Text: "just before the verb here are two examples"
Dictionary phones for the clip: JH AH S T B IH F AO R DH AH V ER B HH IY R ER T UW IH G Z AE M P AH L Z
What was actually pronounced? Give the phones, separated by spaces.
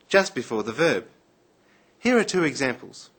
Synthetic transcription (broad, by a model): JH AH S T B IH F AO R DH AH V ER B HH IY R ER T UW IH G Z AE M P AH L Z